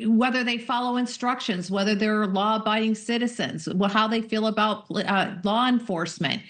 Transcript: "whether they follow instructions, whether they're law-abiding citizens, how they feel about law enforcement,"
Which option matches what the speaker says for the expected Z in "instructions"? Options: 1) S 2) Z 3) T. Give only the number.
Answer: 2